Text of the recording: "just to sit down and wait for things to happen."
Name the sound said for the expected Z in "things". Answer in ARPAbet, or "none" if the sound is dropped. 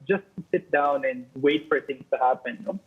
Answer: none